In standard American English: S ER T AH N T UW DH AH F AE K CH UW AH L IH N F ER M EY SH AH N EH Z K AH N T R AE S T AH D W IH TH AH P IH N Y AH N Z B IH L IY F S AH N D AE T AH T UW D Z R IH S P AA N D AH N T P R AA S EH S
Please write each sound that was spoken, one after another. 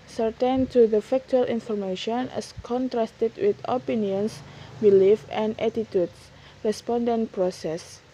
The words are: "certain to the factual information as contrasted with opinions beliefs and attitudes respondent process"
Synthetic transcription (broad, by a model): S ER T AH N T UW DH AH F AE K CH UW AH L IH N F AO M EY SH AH N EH S K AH N T R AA S T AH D W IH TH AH P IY N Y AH N S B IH L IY F AH N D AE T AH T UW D S R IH S P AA N D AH N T P R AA S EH S